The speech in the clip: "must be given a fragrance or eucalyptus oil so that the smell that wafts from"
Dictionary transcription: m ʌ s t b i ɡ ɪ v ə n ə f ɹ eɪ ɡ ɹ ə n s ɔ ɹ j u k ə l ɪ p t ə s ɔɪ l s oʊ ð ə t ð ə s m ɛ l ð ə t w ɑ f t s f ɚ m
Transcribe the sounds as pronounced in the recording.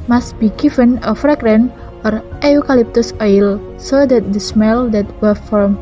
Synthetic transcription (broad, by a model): m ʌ s t b i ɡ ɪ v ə n ə f ɹ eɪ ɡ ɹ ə n ɔ ɹ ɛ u k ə l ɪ p t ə s ɔɪ l s oʊ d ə t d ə s m ɛ l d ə t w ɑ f f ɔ m